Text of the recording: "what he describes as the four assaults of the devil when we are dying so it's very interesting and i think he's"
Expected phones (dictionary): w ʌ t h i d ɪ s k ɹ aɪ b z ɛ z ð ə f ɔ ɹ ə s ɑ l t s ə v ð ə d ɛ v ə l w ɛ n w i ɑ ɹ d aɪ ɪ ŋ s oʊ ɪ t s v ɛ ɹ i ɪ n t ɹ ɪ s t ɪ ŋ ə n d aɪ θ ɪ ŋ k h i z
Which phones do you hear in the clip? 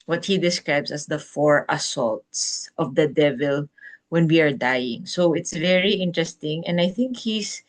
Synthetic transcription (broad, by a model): w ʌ t h i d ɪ s k ɹ aɪ b s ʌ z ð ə f ɔ ɹ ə s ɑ l t s ə v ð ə d ɛ v ə l w ɛ n w i ɑ ɹ d aɪ ɪ ŋ s oʊ ɪ t s v ɛ ɹ i ɪ n t ɹ ɪ s t ɪ ŋ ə n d aɪ θ ɪ ŋ k h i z